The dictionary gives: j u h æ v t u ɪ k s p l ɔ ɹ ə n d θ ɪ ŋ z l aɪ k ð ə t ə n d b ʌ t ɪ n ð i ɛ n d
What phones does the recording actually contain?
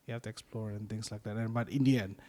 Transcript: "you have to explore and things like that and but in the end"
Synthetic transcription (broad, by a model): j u h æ f t u ɪ k s p l ɔ ɹ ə n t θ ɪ ŋ s l aɪ k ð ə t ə n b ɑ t ɪ n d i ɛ n